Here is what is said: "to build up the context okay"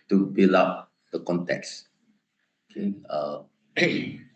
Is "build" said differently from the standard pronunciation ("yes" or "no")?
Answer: yes